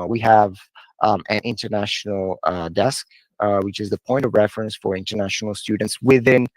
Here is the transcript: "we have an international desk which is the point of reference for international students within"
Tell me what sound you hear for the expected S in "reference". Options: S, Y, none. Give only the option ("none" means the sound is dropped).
S